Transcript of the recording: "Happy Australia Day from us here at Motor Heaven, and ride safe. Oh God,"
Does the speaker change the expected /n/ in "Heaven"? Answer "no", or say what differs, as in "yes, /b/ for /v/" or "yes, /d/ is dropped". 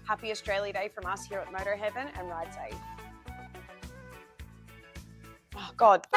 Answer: no